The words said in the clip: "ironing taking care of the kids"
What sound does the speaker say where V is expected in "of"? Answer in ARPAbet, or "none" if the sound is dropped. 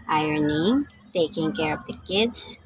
P